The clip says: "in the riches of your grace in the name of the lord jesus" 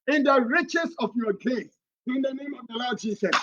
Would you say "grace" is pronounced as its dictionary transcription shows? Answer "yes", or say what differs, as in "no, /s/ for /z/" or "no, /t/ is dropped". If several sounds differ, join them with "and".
no, /ɹ/ is dropped